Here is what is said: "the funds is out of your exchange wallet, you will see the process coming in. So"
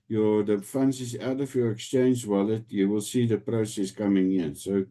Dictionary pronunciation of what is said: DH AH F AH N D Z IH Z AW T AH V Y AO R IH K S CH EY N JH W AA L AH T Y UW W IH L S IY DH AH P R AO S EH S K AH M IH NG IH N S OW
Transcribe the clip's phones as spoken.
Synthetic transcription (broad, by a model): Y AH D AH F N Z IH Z AW T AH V Y AO R IH K S CH EY N JH W AA L AH T Y UW W IH L S IY DH AH P R AO S EH S K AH M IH NG IH N S OW